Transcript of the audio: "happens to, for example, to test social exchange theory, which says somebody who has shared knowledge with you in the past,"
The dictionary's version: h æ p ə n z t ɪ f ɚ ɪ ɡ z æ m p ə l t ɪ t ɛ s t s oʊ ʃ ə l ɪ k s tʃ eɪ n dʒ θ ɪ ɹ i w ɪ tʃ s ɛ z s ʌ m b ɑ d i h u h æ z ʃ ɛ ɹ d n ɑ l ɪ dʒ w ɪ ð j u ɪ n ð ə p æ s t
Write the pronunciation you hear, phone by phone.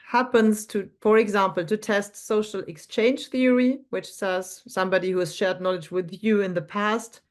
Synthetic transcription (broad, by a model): h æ p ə n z t ɪ f ɚ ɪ ɡ z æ m p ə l t ɪ t ɛ s t s oʊ ʃ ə l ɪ k s tʃ eɪ n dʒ θ ɪ ɹ i w ɪ tʃ s ɛ z s ʌ m b ɑ d i h u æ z ʃ ɛ ɹ d n ɑ l ɪ dʒ w ɪ ð j u ɪ n ð ə p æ s t